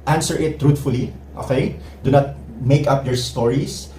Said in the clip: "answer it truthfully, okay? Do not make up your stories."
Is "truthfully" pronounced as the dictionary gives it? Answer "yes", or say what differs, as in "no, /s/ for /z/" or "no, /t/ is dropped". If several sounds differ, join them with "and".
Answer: no, /t/ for /θ/